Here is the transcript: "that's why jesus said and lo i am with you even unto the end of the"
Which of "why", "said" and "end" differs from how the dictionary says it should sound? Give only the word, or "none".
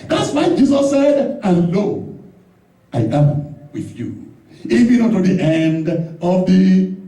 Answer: none